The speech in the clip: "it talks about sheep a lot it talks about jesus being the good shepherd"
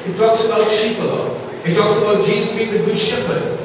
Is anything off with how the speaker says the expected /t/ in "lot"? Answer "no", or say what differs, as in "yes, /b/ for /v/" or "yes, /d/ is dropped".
yes, /t/ is dropped